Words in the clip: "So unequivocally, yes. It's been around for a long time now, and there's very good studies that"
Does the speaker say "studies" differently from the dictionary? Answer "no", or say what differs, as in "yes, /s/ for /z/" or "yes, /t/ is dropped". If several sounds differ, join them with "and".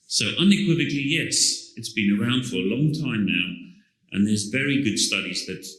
no